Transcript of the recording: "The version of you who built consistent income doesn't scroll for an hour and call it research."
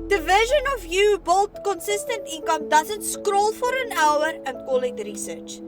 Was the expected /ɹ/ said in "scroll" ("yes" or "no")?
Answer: yes